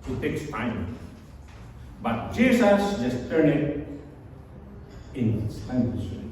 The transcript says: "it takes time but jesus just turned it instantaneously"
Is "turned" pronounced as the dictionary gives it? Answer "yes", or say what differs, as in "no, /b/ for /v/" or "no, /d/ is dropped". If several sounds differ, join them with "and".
no, /d/ is dropped